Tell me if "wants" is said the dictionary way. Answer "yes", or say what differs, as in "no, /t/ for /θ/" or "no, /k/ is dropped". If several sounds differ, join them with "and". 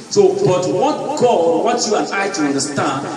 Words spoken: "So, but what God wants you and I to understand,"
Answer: no, /n/ is dropped and /s/ is dropped